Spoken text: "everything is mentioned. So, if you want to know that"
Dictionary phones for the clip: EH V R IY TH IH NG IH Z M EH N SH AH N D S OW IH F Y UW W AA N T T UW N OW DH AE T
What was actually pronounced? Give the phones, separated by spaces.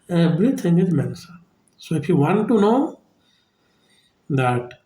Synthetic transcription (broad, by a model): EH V R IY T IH NG IH Z M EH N S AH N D S OW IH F Y UW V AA N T T UW N OW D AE T